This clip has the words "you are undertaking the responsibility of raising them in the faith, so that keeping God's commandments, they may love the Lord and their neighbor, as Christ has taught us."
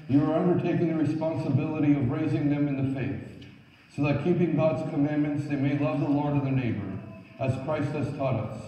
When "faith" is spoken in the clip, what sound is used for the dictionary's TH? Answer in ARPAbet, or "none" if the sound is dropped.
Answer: TH